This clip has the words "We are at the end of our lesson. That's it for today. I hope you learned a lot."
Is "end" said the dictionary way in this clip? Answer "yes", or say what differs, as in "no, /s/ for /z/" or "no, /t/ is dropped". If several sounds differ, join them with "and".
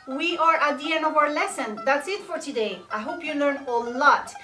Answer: no, /d/ is dropped